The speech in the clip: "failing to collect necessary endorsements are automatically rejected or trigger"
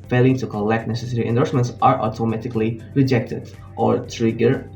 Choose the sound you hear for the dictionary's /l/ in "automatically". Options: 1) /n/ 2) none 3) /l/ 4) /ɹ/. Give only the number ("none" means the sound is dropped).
3